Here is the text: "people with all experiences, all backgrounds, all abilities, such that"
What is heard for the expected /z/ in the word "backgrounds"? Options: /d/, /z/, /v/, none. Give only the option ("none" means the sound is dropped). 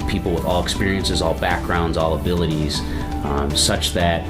/z/